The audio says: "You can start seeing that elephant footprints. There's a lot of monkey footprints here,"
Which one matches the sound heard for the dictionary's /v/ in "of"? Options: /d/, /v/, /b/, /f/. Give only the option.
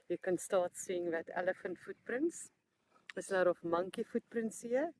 /f/